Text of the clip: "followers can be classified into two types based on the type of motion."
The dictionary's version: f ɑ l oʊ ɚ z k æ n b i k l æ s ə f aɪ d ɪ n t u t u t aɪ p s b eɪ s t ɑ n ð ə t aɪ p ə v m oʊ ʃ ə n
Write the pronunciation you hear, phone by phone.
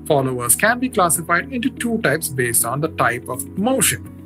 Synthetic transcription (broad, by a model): f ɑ l oʊ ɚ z k æ n b i k l æ s ə f aɪ d ɪ n t u t u t aɪ p s b eɪ s t ɑ n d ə t aɪ p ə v m oʊ ʃ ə n